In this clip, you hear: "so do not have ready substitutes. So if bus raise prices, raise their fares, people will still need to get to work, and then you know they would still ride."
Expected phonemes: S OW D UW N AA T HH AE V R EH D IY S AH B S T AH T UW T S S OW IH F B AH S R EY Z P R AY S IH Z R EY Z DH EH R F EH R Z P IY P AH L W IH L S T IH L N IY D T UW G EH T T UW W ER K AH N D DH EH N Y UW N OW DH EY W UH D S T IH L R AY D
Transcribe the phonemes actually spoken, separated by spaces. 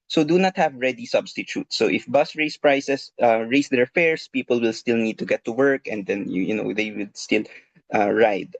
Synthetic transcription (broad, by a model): S OW D UW N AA T HH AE V R EH D IY S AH B S T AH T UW T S S OW IH F B AH S R EY S P R AY S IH S R EY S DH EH R F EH R S P IY P AH L W IH L S T IH L N IY D T UW G EH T T UW W ER K AH N D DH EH N Y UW N OW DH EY W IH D S T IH L R AY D